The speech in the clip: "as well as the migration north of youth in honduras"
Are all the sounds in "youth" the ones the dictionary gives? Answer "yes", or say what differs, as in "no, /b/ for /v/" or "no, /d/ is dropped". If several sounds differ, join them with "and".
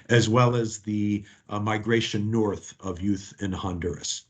yes